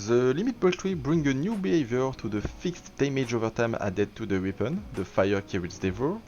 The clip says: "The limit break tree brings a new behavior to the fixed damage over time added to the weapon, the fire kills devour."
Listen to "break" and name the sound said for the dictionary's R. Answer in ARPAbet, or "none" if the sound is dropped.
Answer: none